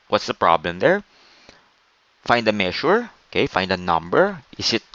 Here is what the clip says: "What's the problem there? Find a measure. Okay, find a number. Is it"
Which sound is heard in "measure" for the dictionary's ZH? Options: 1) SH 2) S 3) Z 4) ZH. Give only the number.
1